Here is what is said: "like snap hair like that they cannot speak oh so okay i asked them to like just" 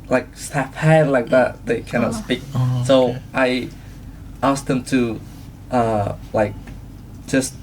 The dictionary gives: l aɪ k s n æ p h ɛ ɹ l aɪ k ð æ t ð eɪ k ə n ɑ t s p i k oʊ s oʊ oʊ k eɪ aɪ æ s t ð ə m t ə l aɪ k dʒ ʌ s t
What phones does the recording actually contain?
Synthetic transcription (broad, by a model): l aɪ k s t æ f h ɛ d l aɪ k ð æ t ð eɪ k ə n ɑ t s p i k s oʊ oʊ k aɪ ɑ s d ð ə m t ə l aɪ k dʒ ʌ s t